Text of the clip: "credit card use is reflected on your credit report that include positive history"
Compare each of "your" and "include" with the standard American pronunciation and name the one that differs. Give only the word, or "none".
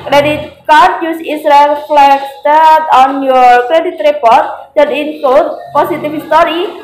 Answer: include